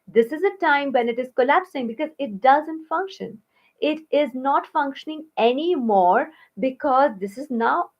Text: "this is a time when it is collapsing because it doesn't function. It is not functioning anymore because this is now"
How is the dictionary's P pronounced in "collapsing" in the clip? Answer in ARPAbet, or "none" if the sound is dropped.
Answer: P